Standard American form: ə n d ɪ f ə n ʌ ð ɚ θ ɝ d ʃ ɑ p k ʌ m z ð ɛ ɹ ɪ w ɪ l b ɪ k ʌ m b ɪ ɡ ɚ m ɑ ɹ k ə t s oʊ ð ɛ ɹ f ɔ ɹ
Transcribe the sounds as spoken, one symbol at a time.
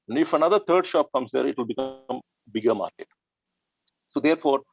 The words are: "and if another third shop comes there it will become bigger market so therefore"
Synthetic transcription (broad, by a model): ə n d ɪ f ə n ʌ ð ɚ t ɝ d ʃ ɑ p k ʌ m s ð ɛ ɹ ɪ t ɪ l b ɪ k ʌ m b ɪ ɡ ɚ m ɑ ɹ k ə t s oʊ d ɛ ɹ f ɔ ɹ